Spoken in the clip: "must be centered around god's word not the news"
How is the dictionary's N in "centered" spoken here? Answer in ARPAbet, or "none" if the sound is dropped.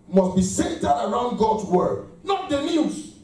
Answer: none